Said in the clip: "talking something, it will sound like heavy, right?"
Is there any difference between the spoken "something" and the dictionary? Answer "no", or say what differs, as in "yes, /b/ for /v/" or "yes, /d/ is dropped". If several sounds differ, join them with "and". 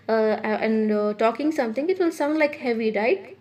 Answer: yes, /t/ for /θ/